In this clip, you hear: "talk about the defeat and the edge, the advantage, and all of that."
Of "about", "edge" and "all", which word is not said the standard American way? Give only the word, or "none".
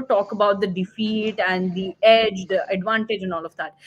none